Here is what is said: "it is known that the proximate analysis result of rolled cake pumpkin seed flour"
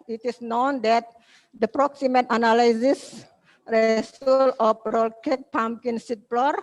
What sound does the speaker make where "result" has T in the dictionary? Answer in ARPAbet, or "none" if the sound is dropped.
none